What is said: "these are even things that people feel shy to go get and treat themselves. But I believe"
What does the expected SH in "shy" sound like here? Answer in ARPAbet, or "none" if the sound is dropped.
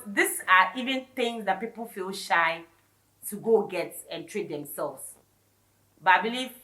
SH